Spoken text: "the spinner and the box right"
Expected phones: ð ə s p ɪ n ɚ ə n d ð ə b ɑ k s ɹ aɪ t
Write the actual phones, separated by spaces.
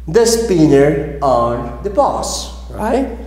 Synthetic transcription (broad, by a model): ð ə s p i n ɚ ə n d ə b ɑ s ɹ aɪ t